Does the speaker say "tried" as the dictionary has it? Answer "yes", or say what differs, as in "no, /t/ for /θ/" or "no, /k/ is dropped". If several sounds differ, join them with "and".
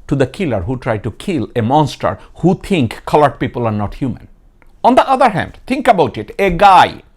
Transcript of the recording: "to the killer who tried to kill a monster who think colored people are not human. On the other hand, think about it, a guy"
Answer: yes